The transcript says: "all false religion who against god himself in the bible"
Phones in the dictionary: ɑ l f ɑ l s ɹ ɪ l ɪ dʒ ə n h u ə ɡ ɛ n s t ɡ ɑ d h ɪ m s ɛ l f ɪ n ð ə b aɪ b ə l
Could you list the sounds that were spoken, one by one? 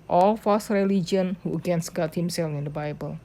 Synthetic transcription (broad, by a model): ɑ l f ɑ s ɹ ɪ l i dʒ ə n h u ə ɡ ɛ n s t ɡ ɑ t h ɪ m s ɛ l f ɪ n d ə b aɪ b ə l